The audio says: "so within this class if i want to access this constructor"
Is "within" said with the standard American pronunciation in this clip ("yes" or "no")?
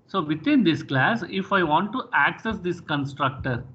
no